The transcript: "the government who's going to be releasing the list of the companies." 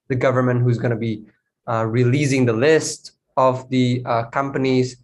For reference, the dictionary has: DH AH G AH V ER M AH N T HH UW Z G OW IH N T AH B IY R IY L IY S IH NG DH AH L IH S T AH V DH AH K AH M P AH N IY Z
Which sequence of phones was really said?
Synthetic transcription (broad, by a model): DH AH G AH V ER M AH N T HH UW Z G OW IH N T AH B IY R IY L IY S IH NG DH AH L IH S T AH V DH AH K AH M P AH N IY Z